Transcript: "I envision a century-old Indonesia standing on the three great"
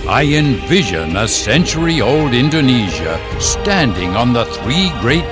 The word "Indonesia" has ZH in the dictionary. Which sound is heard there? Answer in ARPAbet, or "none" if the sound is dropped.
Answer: ZH